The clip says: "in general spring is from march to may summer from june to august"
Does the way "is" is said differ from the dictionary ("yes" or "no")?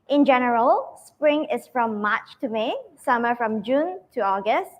yes